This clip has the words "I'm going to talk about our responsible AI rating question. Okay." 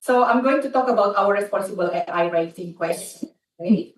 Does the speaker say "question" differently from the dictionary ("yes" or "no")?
yes